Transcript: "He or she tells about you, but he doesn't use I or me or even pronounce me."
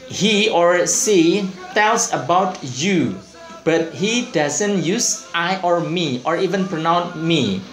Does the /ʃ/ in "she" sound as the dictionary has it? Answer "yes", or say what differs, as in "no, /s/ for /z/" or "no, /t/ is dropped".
no, /s/ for /ʃ/